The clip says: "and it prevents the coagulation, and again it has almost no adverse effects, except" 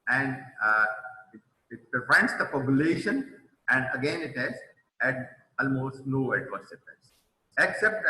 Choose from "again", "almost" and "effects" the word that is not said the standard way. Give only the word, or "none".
effects